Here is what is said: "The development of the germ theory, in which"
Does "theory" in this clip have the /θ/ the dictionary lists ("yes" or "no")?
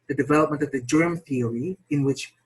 yes